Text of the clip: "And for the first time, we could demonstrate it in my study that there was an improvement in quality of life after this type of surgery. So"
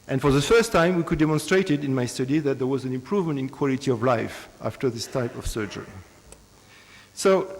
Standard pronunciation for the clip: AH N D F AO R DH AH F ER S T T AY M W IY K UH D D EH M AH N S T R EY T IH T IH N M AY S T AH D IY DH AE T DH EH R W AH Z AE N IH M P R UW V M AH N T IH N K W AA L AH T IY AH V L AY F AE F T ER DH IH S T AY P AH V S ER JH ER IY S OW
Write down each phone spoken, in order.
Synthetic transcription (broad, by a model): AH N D F AO R DH AH F ER S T T AY M W IY K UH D D EH M AH N S T R EY T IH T IH N M AY S T AH D IY DH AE T DH EH R W AH Z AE N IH M P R UW V M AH N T IH N K W AA L AH T IY AH V L AY F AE F T ER DH IH S T AY P AH V S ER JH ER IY S OW